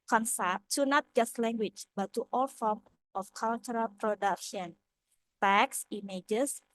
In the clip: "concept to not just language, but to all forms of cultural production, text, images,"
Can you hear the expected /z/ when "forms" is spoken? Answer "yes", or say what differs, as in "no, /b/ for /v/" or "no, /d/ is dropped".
no, /z/ is dropped